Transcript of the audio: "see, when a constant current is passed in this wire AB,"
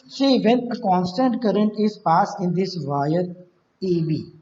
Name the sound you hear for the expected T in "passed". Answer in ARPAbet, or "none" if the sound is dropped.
none